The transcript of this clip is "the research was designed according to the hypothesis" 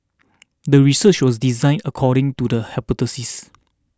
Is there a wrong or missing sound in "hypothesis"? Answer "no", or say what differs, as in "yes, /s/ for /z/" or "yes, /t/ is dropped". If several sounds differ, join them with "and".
yes, /t/ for /θ/